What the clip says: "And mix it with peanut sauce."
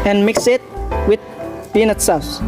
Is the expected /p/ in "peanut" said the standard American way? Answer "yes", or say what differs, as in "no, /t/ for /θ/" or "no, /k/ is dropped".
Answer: no, /b/ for /p/